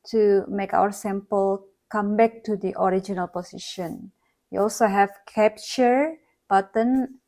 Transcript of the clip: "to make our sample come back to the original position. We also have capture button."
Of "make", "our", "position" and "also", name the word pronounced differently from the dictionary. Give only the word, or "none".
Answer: position